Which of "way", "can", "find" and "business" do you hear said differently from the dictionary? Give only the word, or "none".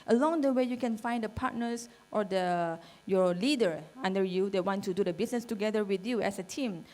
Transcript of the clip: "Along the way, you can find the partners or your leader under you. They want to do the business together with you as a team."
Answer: business